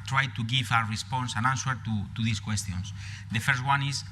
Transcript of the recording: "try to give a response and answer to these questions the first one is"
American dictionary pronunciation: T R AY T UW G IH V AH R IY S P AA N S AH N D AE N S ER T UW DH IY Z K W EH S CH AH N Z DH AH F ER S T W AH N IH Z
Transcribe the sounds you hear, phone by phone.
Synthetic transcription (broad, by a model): T R AY T UW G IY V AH R IY S P AA N S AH N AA N S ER T UW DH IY S K W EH S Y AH N S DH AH F ER S T W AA N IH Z